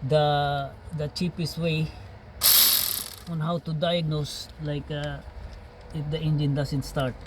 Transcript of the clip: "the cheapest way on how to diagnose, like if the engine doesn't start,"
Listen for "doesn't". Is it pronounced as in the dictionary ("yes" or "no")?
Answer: no